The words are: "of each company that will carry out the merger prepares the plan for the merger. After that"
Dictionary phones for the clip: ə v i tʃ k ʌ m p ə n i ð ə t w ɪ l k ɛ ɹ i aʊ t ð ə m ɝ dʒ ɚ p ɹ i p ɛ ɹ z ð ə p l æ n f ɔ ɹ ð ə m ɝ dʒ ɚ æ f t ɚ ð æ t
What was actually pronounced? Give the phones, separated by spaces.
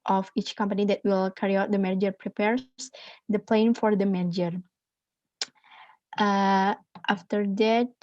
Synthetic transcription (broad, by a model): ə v i tʃ k ʌ m p ə n i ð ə t w ɪ l k ɛ ɹ i aʊ t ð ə m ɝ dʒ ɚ p ɹ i p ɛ ɹ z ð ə p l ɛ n f ɔ ɹ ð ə m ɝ dʒ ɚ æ f t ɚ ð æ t